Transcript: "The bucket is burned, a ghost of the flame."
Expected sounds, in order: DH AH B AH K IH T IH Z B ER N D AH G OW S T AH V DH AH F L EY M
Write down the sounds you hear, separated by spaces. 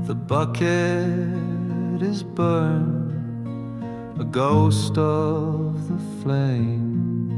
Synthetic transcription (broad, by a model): DH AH B AH K IH T IH Z B ER N AH G OW S T AH V DH AH F L EY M